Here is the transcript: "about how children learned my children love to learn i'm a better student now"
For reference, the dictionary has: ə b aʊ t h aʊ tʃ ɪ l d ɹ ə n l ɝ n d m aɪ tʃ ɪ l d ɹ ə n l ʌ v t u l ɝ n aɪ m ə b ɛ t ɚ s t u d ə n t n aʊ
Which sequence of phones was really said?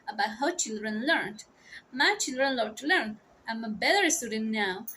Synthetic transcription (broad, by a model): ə b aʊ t h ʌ tʃ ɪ l d ɹ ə n l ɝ n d m aɪ tʃ ɪ l d ɹ ə n l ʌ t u l ɝ n aɪ m ə b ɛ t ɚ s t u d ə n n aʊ